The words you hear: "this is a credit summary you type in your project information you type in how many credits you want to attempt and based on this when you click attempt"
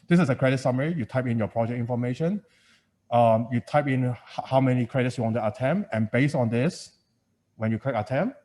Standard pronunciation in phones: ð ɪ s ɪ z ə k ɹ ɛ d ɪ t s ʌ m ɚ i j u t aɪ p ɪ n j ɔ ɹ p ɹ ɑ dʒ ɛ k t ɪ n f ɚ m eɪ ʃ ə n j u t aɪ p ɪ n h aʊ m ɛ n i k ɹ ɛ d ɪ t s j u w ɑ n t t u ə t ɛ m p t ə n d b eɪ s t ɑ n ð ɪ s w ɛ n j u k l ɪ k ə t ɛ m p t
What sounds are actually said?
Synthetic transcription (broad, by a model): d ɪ s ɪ s ə k ɹ ɛ d ɪ t s ʌ m ɚ i j u t aɪ p ɪ n j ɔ p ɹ ɑ dʒ ɛ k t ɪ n f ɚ m eɪ ʃ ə n j u t aɪ p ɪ n h aʊ m ɛ n i k ɹ ɛ d ɪ t s j u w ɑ n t t u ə t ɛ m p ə n b eɪ s t ɑ n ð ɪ s w ɛ n j u k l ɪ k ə t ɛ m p